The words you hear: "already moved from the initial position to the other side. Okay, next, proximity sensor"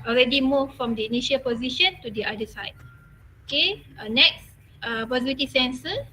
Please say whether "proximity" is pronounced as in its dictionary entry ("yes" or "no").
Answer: no